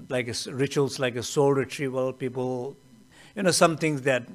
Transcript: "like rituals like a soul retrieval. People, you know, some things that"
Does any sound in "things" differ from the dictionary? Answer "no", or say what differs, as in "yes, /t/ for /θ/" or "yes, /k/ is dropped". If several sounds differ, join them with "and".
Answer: yes, /t/ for /θ/